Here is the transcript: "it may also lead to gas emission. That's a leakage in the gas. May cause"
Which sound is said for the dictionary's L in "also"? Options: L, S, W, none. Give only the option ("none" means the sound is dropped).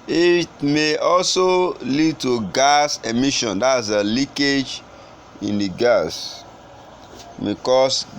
L